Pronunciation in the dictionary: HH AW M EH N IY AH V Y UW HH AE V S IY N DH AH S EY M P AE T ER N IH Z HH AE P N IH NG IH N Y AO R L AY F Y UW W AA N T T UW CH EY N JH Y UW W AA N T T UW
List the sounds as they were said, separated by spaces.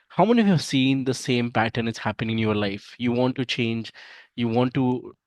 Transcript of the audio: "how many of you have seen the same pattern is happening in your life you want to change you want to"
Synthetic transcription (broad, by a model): HH AW M EH N IY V Y UW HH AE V S IY N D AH S EY M P AE T ER N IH S HH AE P IH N IH N Y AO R L AY F Y UW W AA N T T UW CH EY N JH Y UW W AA N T T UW